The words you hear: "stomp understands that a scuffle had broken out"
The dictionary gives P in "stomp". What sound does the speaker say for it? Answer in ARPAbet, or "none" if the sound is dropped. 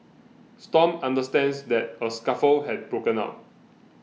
none